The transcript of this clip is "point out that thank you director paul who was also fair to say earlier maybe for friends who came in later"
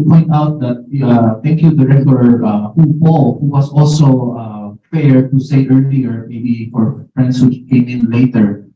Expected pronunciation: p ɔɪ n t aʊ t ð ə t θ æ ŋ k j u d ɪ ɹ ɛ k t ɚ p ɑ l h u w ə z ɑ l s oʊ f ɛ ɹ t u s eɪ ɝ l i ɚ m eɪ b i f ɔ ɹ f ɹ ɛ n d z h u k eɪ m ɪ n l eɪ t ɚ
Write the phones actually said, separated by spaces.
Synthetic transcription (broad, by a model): p ɔɪ n t aʊ t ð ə t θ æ ŋ k j u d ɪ ɹ ɛ k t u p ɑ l h u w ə s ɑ l s oʊ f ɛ ɹ t u s eɪ ɝ l i ɚ m eɪ b i f ɔ ɹ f ɹ ɛ n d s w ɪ k eɪ m ɪ n l eɪ t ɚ